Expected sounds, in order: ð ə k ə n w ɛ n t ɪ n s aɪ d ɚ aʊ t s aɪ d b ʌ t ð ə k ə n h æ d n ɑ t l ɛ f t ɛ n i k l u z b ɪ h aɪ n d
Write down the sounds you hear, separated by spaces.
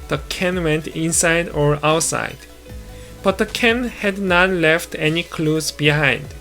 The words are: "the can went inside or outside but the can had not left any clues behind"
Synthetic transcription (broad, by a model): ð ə k ə n w ɛ n t ɪ n s aɪ d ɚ aʊ t s aɪ d b ʌ t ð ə k ə n h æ d n ɑ t l ɛ f t ɛ n i k l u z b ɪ h aɪ n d